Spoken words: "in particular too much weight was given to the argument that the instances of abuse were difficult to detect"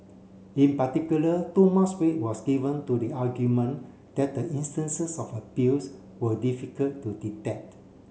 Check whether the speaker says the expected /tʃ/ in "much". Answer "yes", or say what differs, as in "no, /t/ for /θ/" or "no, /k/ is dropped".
no, /s/ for /tʃ/